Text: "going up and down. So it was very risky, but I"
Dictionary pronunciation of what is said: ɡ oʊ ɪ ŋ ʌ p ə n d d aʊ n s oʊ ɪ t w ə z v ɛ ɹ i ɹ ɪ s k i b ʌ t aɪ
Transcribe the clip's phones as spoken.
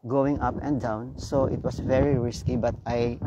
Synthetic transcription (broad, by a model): ɡ oʊ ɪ ŋ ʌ p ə n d d aʊ n s oʊ ɪ t w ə s v ɛ ɹ i ɹ ɪ s k i b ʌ t aɪ